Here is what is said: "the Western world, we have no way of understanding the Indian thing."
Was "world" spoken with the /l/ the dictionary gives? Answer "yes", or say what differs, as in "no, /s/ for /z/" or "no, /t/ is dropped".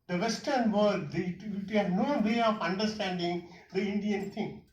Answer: no, /l/ is dropped